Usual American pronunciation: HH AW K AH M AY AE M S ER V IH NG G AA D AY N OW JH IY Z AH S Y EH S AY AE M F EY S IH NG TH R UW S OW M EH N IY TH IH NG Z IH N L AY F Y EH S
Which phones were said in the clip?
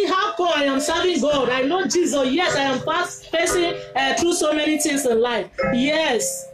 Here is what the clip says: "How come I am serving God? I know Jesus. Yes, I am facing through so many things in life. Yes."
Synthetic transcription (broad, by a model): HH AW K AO AY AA M S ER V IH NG G AA D AY N OW JH IY Z AH S Y EH S AY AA M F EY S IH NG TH R UW S OW M EH N IY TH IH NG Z IH N L AY F Y EH S